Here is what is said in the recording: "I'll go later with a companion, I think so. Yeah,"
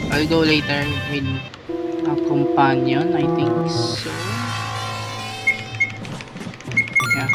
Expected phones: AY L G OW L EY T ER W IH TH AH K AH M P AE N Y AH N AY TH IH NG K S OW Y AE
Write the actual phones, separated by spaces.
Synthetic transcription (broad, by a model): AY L G OW L EY T ER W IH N AH K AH M P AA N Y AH N AY T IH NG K S OW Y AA